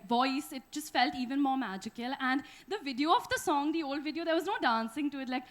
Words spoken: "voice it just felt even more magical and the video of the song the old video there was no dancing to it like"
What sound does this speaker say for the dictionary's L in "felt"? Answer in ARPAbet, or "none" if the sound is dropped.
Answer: L